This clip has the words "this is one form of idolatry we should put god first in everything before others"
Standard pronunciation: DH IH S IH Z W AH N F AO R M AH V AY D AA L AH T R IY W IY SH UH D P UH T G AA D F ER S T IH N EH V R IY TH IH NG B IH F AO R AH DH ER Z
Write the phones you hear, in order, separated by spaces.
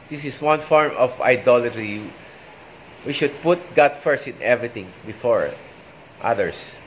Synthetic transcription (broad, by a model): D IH S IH S W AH N F AO R M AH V AY D AA L AH T R IY W IY SH UH D P UH T G AA D F ER S T IH N EH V R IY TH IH NG B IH F AO R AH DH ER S